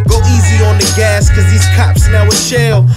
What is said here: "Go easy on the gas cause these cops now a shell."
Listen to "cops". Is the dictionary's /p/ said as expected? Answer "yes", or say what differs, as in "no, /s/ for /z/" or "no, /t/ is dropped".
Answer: yes